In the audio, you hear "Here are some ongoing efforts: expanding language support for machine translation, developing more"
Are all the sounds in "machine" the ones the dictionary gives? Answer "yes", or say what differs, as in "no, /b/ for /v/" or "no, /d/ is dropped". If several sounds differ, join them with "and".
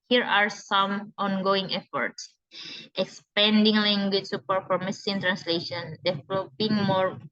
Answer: no, /s/ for /ʃ/